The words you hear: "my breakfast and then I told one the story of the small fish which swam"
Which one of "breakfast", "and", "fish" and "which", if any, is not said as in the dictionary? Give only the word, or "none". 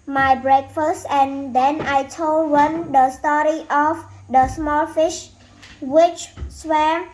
none